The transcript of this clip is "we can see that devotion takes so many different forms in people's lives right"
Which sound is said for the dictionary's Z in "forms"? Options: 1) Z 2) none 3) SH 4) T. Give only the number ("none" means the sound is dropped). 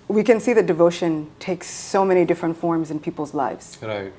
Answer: 1